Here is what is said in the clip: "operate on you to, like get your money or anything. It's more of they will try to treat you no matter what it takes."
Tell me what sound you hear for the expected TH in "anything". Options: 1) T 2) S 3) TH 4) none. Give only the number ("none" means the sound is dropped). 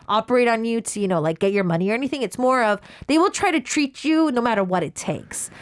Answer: 3